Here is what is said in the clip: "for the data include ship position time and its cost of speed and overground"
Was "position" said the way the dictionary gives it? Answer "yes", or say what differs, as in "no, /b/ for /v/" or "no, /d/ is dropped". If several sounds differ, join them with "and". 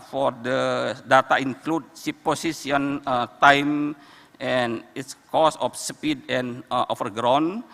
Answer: no, /s/ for /z/ and /ʃ/ is dropped